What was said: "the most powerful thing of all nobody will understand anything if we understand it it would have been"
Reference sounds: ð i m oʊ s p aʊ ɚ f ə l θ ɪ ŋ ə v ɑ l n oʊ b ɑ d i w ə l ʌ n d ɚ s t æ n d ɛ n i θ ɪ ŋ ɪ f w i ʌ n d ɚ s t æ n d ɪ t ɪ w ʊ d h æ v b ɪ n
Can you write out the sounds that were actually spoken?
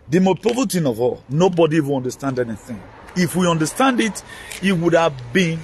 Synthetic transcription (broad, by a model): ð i m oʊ p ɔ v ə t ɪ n ə v ɑ l n oʊ b ɑ d i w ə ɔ n d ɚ s t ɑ n d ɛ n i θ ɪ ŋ ɪ f w i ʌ n d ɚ s t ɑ n d ɪ t ɪ w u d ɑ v b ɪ n